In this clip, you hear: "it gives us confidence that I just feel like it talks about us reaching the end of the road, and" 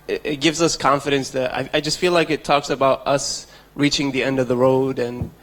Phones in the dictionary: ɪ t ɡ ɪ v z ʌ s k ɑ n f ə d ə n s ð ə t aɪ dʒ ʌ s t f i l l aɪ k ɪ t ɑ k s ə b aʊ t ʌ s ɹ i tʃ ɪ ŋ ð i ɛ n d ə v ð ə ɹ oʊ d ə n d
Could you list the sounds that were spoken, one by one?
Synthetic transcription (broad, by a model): ɪ t ɡ ɪ v z ʌ s k ɑ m f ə d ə n s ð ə t aɪ dʒ ʌ s t f i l l aɪ k ɪ t ɑ k s ə b aʊ t ʌ s ɹ i tʃ ɪ ŋ ð i ɛ n d ə v ð ə ɹ oʊ d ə n